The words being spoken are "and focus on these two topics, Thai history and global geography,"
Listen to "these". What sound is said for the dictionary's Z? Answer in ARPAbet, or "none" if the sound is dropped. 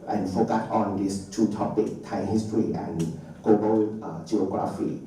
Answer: S